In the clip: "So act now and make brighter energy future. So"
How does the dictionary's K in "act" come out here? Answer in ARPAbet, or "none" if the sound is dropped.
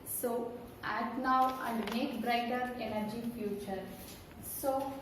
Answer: none